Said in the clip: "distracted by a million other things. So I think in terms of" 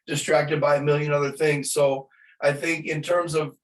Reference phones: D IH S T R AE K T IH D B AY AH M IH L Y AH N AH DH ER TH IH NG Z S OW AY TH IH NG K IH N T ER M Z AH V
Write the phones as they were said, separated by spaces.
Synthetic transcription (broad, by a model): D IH S T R AE K T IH D B AY AH M IH L Y AH N AH DH ER TH IH NG Z S OW AY TH IH NG K IH N T ER M Z AH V